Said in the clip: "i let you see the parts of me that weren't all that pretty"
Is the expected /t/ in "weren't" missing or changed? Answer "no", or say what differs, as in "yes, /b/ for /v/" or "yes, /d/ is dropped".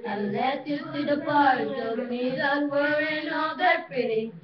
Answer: yes, /t/ is dropped